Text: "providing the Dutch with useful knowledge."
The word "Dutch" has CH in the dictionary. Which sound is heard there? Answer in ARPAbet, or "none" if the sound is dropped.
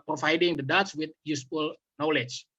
S